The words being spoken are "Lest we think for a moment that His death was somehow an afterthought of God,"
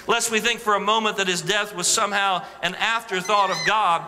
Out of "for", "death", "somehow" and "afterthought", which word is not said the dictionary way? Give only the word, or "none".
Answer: none